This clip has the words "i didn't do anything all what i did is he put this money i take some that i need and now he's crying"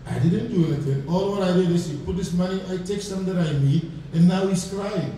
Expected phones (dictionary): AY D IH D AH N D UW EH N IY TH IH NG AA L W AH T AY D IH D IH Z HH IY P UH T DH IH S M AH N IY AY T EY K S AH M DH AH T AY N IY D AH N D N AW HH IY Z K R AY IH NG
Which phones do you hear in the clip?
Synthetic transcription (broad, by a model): AY D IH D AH N D UW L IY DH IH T AA L W AH T AY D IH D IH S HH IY P UH T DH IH S M AH N IY AY T EY K S AH M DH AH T AY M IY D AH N N AW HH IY S K R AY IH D